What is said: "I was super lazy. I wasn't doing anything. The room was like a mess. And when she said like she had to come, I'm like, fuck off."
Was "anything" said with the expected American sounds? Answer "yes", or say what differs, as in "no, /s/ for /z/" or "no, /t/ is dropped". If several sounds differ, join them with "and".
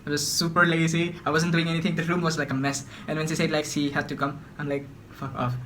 no, /t/ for /θ/